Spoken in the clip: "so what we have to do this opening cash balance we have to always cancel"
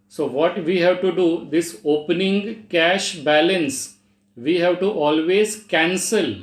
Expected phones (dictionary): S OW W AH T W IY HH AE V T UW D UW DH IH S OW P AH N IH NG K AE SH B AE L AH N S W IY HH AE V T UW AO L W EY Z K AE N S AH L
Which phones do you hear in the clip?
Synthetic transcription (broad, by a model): S OW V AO T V IY HH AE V T UW D UW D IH S OW P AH N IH NG K AE SH B AE L AH N S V IY HH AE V T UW AO L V EY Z K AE N S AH L